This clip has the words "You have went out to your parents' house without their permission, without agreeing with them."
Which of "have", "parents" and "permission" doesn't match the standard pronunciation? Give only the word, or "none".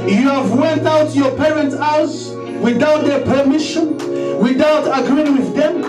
none